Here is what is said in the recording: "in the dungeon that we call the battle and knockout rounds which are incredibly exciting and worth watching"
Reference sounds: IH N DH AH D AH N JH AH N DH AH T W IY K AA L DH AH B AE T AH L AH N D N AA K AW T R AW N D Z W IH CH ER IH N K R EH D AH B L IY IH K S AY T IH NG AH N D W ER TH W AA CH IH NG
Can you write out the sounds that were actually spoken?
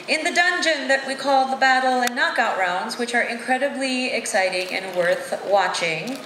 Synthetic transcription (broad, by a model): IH N DH AH D AH N JH AH N DH AH T W IY K AA L DH AH B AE T L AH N N AA K AW T R AW N D Z W IH CH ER IH N K R EH D AH B L IY IH K S AY T IH NG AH N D W ER TH W AA CH IH NG